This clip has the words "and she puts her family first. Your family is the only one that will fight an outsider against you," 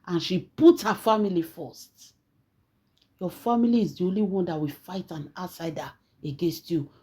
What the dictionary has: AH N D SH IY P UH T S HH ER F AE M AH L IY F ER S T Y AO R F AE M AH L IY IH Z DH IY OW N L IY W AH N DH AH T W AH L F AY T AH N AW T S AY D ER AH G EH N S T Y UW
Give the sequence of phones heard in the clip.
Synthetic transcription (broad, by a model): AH N SH IY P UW T HH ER F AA M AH L IY F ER S T Y AO F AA M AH L IY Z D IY OW N L IY W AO N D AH T W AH F AY T AH N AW T S AY D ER AH G EH N S T Y UW